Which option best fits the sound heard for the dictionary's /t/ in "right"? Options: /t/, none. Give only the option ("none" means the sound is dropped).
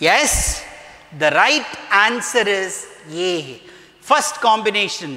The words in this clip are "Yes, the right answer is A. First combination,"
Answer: /t/